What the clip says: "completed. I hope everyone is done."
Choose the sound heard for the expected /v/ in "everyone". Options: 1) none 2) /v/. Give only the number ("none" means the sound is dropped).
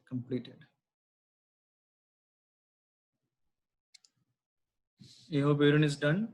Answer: 1